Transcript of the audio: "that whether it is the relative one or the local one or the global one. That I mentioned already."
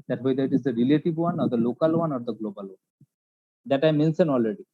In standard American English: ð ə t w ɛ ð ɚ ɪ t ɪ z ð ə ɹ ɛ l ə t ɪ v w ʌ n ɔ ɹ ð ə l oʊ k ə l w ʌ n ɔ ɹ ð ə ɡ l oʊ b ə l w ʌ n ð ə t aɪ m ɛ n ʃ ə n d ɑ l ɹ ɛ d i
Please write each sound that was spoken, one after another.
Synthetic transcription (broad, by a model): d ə t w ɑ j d ɪ t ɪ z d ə ɹ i l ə t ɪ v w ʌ n ɔ ɹ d ə l oʊ k ə l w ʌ n ɔ ɹ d ə ɡ l oʊ b ə l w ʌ n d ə t aɪ m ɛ n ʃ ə n ɑ l ɹ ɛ d i